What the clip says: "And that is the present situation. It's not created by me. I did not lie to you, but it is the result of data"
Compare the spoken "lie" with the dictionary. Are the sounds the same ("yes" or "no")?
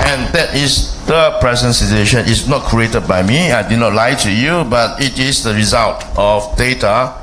yes